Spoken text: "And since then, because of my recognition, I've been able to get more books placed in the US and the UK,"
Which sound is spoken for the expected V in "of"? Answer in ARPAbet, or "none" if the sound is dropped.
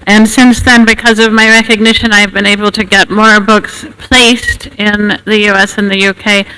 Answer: V